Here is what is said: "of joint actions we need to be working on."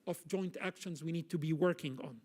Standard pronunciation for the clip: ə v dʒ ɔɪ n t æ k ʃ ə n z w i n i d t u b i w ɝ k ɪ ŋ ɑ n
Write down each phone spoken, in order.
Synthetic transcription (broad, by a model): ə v dʒ ɔɪ n t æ k ʃ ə n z w i n i d t u b i w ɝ k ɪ ŋ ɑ n